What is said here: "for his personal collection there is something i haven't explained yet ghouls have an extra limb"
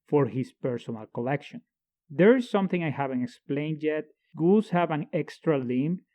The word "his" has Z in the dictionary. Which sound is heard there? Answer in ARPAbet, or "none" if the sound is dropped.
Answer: S